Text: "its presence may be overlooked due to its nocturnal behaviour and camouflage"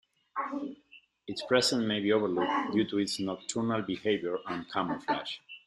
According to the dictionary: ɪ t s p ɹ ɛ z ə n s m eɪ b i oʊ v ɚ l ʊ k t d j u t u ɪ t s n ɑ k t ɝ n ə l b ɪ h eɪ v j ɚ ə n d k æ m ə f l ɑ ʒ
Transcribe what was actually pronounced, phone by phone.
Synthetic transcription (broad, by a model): ɪ t s p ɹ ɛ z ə n m eɪ b i oʊ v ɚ l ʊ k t d j u t u ɪ t s n ɑ k t ɝ n ə l b ɪ h eɪ v j ɚ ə n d k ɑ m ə f l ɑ ʃ